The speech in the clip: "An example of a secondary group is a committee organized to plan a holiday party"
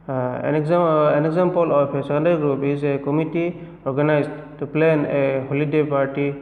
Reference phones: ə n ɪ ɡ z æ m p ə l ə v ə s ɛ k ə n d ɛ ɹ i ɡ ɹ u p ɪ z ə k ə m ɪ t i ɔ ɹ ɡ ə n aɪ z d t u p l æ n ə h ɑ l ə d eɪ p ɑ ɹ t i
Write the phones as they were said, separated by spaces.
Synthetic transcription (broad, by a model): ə n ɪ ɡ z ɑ m p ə l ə p ə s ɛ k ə n d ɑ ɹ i ɡ ɹ u p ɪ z ə k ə m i t i ɔ ɹ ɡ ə n aɪ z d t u p l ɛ n ə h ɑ l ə d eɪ p ɑ ɹ t i